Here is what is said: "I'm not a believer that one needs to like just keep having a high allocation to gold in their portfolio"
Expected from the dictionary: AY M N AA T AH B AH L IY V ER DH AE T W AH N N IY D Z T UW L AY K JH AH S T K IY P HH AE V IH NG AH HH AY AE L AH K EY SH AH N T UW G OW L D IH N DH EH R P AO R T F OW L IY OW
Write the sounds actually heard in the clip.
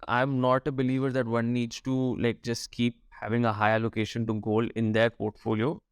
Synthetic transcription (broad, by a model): AY M N AA T AH B AH L IY V ER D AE T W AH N N IY D Z T UW L AY K JH AH S T K IY P HH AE V IH NG AH HH AY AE L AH K EY SH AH N T UW G OW L IH N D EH R P AO R T F OW L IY OW